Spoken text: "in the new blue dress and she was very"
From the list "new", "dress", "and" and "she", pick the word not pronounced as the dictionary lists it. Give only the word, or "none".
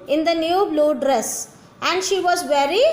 none